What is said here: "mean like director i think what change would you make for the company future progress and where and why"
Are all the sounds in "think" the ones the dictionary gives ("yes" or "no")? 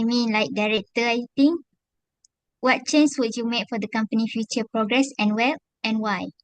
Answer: no